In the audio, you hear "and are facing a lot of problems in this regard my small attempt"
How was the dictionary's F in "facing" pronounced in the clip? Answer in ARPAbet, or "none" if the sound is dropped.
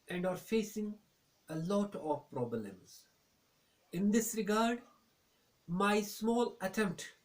F